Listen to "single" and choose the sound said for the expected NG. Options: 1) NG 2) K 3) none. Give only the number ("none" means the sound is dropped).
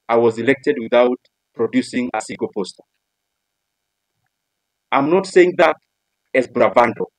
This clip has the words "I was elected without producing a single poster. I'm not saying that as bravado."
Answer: 3